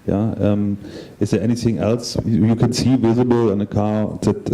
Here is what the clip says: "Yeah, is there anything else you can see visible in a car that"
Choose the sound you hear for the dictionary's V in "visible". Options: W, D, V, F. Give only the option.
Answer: V